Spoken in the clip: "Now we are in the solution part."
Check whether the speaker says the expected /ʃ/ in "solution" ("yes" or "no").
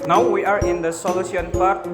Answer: no